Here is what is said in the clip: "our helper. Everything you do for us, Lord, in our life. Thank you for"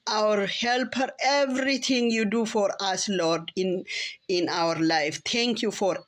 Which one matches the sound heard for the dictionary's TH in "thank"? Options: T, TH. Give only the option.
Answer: T